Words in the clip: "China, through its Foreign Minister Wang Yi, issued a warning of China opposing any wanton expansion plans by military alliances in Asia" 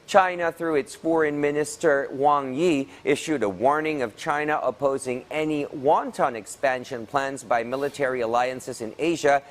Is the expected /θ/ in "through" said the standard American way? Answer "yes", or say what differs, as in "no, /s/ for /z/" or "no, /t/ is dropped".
yes